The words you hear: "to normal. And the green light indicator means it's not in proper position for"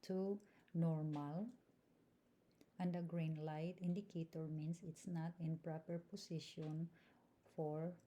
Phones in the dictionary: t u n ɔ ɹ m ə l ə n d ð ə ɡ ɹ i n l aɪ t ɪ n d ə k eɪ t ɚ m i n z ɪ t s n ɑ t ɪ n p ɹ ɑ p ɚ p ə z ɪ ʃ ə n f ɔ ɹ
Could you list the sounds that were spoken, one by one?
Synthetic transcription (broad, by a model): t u n ɔ ɹ m ə l ə n d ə ɡ ɹ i n l aɪ t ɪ n d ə k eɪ t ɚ m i n s ɪ t s n ɑ t ɪ n p ɹ ɑ p ɚ p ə s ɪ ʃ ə n f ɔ ɹ